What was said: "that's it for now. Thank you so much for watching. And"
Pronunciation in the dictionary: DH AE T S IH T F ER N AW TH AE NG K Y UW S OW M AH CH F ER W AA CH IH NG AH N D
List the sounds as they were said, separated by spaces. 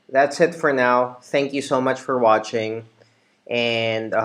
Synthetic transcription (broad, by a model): DH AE T S IH T F ER N AW TH AE NG K Y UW S OW M AH CH F ER W AA CH IH NG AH N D